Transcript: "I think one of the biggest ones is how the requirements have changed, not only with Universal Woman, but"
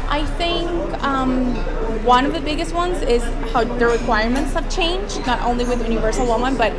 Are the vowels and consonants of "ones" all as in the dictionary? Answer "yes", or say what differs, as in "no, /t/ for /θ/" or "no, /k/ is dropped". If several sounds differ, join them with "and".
yes